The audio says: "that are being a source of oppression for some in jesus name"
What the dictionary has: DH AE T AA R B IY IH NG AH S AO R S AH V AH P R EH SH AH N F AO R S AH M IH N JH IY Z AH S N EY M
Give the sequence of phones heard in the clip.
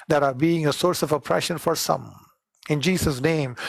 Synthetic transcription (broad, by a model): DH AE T AA R B IY IH NG AH S AO R S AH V AH P R EH SH AH N F AO R S AH M IH N JH IY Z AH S N EY M